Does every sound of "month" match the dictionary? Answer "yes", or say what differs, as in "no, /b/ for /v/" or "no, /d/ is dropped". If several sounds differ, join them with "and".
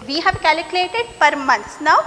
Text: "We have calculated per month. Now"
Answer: no, /s/ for /θ/